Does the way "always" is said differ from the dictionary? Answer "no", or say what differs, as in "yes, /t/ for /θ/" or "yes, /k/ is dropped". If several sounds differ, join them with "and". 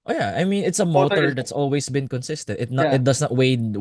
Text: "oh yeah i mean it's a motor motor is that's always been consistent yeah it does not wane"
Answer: yes, /s/ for /z/